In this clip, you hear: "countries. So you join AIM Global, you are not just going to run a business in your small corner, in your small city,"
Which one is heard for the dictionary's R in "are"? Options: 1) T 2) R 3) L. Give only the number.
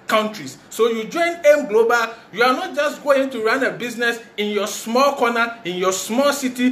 3